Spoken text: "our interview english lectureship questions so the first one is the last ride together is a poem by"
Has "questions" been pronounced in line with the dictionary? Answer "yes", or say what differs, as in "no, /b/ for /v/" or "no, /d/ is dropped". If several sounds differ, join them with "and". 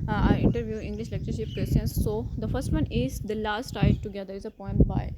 no, /tʃ/ is dropped